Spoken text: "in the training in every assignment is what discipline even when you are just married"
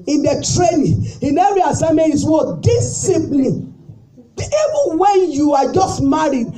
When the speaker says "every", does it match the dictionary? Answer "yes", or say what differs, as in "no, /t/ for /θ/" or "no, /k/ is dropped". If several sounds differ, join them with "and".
no, /v/ is dropped